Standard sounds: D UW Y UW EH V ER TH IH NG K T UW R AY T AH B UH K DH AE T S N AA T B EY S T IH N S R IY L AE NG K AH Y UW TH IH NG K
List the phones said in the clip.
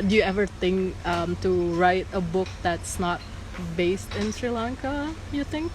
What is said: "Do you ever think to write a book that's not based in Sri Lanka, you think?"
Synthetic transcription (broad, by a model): D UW Y UW EH V ER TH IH NG K T UW R AY T AH B UH K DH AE T S N AA T B EY S T IH N S R IY L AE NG K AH Y UW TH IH NG K